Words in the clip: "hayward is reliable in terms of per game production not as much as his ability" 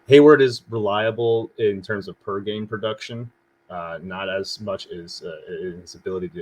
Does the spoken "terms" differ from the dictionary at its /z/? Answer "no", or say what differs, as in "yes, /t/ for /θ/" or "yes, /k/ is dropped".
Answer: no